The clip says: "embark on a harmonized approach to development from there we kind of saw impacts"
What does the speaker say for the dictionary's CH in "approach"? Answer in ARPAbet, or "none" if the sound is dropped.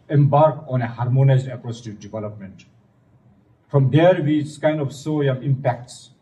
S